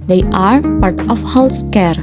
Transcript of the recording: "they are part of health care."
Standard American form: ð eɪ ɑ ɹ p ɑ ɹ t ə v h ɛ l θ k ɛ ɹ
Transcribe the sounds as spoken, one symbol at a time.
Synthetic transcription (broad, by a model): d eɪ ɑ ɹ p ɑ ɹ t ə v h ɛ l s k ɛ ɹ